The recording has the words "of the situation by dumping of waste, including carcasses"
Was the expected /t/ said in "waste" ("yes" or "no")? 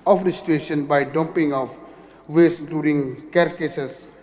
no